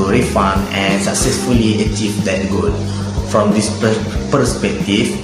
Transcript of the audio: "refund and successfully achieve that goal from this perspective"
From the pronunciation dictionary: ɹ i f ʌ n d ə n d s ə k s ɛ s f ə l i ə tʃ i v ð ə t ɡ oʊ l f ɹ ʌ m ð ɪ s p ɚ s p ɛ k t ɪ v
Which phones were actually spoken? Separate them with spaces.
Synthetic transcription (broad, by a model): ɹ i f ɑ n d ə n s ə k s ɛ s f ə l i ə tʃ i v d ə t ɡ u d f ɹ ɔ m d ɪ s p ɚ s p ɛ k t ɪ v